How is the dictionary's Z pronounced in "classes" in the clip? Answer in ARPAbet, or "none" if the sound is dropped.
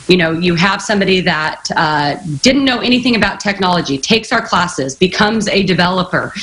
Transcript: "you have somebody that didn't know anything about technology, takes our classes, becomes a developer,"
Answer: Z